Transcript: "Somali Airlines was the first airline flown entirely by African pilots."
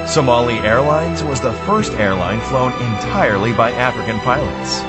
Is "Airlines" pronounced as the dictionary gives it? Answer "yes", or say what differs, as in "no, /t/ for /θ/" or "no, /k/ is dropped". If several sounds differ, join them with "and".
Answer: yes